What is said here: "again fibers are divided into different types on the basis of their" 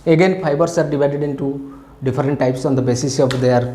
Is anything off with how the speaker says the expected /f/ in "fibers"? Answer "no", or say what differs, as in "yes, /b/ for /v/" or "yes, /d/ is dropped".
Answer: yes, /p/ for /f/